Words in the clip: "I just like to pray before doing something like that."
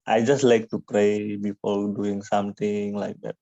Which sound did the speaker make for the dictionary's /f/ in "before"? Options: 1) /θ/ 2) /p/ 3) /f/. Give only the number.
2